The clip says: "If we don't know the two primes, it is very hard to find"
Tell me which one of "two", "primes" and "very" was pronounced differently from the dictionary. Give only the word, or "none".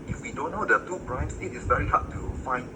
primes